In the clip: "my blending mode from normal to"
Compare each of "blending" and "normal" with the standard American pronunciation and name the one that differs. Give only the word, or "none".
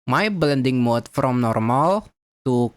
none